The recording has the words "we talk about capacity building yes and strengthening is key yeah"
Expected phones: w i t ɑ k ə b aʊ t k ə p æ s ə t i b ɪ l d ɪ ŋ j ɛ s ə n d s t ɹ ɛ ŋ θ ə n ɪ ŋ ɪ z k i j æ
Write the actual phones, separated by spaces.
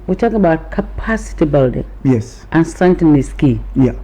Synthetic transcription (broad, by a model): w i t ɑ k ə b aʊ t k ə p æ s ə t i b ɪ l d ɪ ŋ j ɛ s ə n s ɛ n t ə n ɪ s k i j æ